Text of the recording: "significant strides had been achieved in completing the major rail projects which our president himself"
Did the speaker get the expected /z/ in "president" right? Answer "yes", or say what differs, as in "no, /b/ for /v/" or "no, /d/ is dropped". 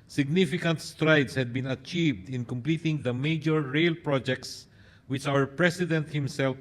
no, /s/ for /z/